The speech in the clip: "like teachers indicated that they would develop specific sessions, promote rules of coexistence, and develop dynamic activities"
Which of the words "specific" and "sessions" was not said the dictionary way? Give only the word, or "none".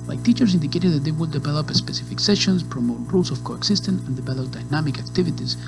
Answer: sessions